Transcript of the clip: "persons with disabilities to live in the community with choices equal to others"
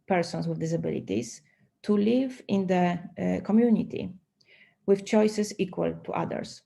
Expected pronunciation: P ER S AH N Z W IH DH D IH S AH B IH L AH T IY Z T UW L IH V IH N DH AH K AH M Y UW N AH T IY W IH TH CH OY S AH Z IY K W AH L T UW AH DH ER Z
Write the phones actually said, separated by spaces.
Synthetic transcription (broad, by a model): P ER S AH N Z W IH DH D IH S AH B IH L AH T IY S T UW L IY V IH N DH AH K AH M Y UW N AH T IY W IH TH CH OY S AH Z IY K W AH L T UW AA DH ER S